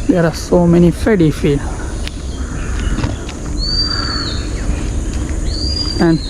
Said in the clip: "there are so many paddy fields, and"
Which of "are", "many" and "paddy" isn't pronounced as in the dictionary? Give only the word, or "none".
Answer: paddy